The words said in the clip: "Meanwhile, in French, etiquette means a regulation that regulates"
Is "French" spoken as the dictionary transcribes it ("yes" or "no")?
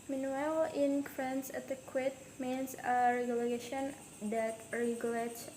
no